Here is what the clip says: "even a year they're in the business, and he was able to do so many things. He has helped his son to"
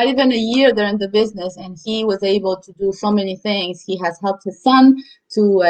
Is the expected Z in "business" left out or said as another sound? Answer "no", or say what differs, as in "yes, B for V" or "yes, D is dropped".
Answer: no